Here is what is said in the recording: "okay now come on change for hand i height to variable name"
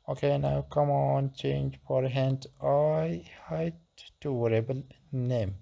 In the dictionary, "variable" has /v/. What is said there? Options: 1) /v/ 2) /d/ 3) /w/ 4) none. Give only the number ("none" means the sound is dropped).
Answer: 3